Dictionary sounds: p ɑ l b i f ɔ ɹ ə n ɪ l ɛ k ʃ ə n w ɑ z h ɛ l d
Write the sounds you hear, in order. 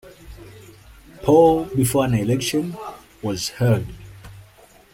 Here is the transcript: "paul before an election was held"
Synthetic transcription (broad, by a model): p ɑ l b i f ɔ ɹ ə n ɪ l ɛ k ʃ ə n w ɑ z h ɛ d